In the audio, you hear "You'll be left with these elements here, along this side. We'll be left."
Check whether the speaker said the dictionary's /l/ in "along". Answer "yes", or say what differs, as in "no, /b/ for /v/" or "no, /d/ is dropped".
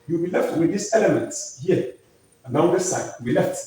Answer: no, /n/ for /l/